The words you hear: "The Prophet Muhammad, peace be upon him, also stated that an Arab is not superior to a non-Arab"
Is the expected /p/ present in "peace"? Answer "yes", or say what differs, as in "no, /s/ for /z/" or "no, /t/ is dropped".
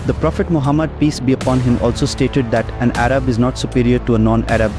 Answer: yes